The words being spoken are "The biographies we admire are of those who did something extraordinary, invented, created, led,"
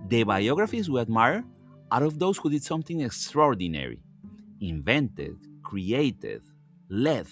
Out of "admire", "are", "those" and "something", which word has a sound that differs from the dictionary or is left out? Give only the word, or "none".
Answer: those